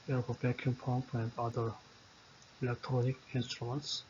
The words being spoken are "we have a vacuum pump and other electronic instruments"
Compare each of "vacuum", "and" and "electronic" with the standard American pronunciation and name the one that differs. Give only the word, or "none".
vacuum